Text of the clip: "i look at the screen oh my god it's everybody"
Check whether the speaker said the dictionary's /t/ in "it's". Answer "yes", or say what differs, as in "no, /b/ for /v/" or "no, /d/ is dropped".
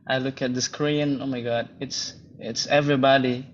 yes